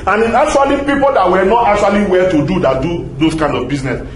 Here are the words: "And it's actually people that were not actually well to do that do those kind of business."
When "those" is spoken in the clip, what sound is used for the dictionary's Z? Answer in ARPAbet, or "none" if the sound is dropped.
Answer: S